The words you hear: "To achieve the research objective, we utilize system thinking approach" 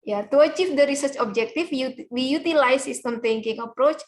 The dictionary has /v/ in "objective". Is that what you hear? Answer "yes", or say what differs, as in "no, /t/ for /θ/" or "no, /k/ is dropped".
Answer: no, /f/ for /v/